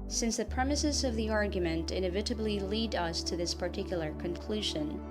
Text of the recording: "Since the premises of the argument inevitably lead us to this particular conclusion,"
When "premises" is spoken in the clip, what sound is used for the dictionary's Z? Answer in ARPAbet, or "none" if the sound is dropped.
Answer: Z